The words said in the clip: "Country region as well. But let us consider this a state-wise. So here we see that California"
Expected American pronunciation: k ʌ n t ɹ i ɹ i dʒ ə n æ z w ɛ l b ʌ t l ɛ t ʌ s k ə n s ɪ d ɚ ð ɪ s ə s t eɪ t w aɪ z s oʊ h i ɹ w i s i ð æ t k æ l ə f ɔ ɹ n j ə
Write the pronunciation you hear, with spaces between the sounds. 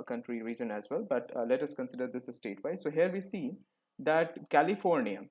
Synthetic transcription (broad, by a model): k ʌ n t ɹ i ɹ i dʒ ə n æ z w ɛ l b ʌ t l ɛ t ʌ s k ə n s ɪ d ɚ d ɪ s ə s t eɪ t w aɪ s oʊ h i ɹ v i s i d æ t k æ l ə f ɔ ɹ n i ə